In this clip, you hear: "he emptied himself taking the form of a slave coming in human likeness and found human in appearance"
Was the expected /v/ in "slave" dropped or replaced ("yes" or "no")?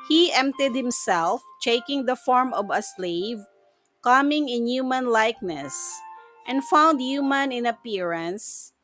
no